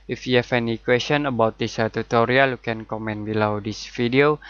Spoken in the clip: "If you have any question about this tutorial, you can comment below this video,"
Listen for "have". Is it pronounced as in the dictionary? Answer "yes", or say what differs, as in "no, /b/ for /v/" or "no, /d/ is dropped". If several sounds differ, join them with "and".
no, /f/ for /v/